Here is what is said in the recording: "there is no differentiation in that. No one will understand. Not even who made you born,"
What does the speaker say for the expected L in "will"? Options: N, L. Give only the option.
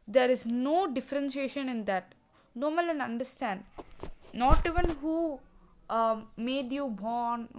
N